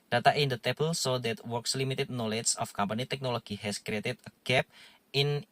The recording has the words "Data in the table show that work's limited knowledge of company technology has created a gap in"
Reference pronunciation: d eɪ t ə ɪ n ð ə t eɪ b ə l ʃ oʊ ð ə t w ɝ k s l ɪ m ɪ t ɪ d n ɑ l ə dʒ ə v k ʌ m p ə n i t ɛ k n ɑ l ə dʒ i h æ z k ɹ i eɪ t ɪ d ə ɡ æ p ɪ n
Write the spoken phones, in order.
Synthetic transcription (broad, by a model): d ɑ t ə ɪ n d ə t eɪ b ə l s oʊ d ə t w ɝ k s l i m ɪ t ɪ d n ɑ l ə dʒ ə f k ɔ m p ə n i t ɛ k n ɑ l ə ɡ i h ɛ s k ɹ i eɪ t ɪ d ə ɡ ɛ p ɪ n